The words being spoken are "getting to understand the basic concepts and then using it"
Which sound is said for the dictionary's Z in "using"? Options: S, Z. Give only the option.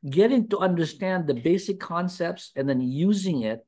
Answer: Z